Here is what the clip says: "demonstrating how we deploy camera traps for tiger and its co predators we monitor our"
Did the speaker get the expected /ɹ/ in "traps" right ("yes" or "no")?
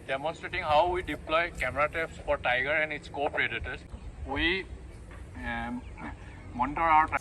no